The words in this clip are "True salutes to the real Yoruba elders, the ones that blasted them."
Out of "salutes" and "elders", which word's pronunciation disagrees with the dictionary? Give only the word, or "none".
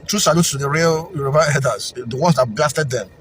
elders